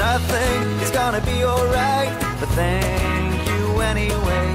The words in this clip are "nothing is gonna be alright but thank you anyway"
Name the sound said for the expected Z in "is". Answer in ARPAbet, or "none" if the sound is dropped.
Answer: Z